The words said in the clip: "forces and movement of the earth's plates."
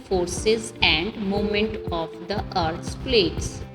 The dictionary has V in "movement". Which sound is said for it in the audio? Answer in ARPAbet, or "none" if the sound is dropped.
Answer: none